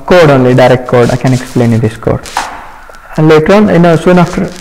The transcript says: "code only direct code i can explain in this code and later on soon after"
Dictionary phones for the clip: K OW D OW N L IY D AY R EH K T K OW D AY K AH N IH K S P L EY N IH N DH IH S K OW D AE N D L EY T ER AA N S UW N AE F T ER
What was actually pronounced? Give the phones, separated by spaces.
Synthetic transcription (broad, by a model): K OW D OW N L IY D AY R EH K T K OW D AY K AH N IH K S P L EY N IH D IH S K OW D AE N D L EY T ER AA N S UW N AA F T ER